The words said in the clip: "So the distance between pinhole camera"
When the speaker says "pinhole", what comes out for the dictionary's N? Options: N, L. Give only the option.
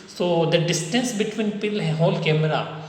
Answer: L